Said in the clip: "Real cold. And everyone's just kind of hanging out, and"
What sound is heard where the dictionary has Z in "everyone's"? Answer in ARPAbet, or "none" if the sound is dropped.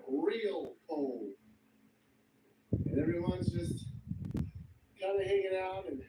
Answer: Z